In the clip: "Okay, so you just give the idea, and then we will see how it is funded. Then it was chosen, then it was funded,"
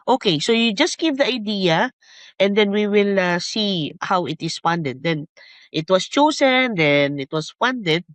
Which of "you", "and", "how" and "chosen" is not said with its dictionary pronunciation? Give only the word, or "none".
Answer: chosen